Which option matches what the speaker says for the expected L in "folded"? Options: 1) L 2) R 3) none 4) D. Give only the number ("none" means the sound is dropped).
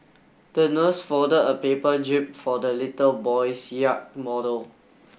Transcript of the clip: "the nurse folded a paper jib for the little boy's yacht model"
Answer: 3